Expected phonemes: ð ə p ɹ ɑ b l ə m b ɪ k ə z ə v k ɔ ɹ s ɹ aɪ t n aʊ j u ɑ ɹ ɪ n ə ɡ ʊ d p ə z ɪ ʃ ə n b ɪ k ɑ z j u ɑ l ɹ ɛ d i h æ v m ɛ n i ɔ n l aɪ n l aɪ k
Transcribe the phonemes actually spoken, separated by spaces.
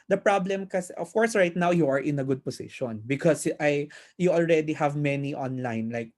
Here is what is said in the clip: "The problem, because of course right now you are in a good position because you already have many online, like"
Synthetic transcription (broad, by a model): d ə p ɹ ɑ b l ə m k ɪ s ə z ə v k ɔ ɹ s ɹ aɪ t n aʊ j u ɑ ɹ ɪ n ə ɡ ʊ d p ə s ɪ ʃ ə n b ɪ k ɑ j j u ɑ l ɹ ɛ d i h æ v m ɛ n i ɔ n l aɪ n l aɪ k